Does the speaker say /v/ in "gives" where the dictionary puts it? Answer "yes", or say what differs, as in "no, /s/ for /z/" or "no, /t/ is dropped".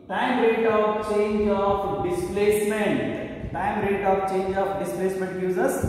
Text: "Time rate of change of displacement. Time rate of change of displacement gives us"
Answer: no, /v/ is dropped